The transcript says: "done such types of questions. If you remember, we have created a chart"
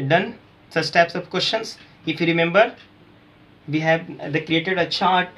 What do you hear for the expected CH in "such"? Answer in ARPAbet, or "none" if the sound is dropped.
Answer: S